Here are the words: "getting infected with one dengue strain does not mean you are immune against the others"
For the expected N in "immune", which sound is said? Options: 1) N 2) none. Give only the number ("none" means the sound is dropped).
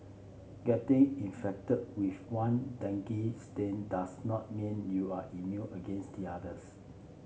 2